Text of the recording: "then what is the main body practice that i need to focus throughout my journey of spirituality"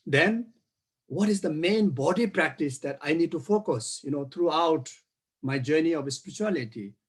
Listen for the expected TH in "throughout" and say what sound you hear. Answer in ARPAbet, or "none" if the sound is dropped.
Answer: T